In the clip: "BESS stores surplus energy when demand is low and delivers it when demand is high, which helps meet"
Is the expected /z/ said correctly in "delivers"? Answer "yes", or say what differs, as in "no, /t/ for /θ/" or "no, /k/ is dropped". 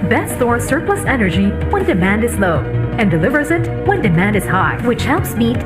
yes